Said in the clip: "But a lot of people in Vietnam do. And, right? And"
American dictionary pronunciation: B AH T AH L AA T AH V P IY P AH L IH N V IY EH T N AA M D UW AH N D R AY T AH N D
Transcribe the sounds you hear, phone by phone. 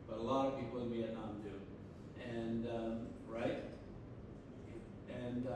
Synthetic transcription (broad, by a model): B AH T AH L AA T AH V P IY P L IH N B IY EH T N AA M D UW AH N R AY T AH N